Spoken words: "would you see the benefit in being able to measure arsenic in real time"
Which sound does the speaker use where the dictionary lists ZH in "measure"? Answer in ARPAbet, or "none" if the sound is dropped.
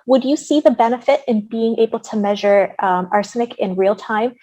ZH